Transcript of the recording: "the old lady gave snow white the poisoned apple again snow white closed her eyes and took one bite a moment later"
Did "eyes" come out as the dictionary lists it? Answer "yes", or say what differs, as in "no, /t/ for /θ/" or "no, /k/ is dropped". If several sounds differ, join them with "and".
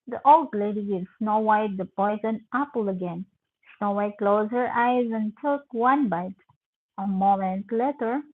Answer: yes